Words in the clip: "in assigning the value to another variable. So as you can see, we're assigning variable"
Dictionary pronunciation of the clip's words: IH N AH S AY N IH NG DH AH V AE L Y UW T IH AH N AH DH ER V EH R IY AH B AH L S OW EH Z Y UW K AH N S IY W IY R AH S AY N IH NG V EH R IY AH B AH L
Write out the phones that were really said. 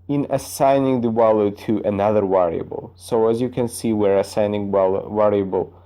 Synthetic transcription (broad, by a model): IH N AH S AY N IH NG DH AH W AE L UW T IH AH N AH DH ER W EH R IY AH B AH L S OW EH Z Y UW K AH N S IY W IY R AH S AY N IH NG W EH R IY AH B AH L